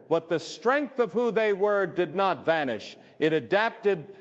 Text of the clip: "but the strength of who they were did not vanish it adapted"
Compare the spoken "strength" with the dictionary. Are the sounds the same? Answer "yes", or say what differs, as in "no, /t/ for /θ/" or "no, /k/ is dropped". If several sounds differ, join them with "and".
yes